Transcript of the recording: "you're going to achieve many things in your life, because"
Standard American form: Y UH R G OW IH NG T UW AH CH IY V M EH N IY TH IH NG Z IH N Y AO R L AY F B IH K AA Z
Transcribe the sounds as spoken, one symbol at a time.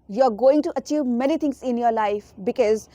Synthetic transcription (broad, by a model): Y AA R G OW IH NG T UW AH CH IY V M EH N IY T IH NG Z IH N Y AO R L AY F B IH K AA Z